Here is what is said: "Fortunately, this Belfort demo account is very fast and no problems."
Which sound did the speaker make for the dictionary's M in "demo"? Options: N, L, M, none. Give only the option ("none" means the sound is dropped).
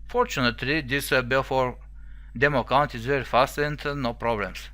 M